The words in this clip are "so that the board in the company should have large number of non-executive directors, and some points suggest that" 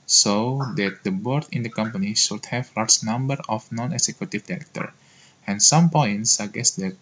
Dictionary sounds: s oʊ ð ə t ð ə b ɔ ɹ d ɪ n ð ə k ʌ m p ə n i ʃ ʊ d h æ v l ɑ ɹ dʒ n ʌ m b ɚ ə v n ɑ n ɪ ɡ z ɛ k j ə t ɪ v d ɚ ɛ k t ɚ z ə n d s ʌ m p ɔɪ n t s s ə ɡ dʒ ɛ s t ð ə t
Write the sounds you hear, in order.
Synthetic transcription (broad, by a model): s oʊ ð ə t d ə b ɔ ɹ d ɪ n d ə k ʌ m p ə n i ʃ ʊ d h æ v l ɑ ɹ dʒ n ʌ m b ɚ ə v n ɑ n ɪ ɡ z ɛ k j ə t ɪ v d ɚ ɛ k t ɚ ə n s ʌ m p ɔɪ n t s s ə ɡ ɛ s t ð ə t